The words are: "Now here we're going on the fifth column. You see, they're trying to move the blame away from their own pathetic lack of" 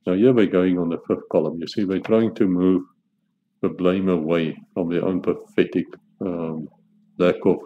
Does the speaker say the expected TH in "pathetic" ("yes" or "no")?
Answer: no